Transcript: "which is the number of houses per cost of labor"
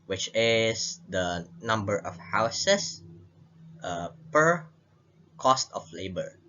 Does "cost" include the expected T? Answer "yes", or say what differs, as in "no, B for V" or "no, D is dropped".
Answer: yes